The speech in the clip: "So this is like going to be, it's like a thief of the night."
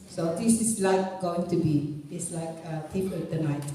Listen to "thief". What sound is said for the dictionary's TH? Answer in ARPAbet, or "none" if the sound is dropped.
T